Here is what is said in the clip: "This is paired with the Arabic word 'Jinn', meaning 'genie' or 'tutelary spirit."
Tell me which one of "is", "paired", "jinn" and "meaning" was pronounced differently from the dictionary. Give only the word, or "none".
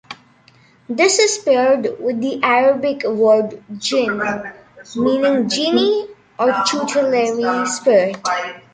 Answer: is